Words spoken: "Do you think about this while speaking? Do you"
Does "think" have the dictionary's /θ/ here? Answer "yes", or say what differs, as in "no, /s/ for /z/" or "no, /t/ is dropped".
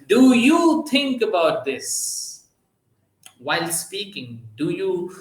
no, /t/ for /θ/